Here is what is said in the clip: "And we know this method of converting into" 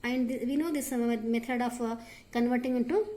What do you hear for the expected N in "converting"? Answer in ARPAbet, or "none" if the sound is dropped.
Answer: N